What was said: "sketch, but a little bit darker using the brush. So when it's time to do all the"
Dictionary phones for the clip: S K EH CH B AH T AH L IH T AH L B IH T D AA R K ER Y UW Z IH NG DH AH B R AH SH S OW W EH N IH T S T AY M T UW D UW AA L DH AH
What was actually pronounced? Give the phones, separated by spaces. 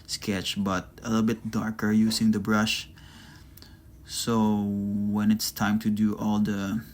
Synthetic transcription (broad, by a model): S K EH CH B AH T AH L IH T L B IH T D AA R K ER Y UW S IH NG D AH B R AH SH S OW W EH N IH T S T AY M T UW D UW AA L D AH